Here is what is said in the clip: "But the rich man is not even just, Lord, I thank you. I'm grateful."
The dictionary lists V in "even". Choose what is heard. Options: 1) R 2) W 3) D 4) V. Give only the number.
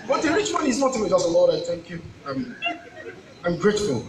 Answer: 2